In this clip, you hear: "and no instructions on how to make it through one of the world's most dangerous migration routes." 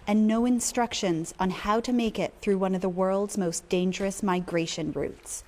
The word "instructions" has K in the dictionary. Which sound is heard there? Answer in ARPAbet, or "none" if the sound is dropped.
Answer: K